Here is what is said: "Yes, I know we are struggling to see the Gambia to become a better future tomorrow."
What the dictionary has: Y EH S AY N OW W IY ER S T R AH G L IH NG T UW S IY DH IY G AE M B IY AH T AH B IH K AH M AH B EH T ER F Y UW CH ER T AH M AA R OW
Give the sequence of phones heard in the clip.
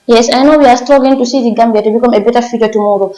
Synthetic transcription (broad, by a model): Y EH S AY N OW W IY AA S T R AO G IH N T UW S IY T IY G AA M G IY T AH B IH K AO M AH B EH T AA F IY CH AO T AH M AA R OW